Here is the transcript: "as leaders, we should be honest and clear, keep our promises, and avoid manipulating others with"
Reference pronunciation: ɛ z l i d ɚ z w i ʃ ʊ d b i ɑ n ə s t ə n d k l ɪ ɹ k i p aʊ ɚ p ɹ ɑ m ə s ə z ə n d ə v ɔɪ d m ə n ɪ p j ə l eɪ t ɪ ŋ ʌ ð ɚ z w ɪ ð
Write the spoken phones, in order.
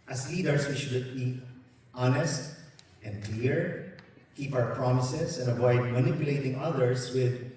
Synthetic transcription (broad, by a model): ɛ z l i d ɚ s w i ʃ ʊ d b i ɑ n ə s t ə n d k l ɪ ɹ k i p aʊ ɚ p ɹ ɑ m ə s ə s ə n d ə v ɔɪ d m ə n ɪ p j ə l eɪ t ɪ ŋ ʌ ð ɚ s w ɪ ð